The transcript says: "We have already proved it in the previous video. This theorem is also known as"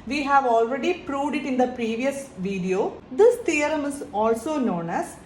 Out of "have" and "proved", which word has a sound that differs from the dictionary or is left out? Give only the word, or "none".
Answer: none